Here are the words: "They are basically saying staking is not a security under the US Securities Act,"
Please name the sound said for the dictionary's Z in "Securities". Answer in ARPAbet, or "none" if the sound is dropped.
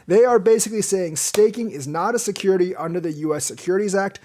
Z